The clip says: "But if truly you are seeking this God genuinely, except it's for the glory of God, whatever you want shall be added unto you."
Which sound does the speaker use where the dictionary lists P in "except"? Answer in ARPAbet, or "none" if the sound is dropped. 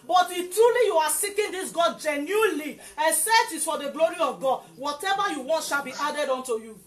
none